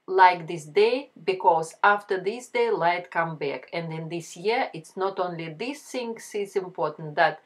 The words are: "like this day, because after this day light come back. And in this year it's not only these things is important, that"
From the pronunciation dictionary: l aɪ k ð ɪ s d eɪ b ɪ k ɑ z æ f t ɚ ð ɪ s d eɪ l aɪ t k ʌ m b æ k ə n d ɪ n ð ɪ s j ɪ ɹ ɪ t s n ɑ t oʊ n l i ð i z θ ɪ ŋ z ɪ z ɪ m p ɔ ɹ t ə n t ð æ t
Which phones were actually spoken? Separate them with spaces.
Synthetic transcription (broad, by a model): l aɪ k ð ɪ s d eɪ b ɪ k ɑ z æ f t ɚ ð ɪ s d eɪ l aɪ t k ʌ m b æ k ə n d ɪ n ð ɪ s j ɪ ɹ ɪ t s n ɑ t oʊ n l i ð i s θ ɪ ŋ s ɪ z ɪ m p ɔ ɹ t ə n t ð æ t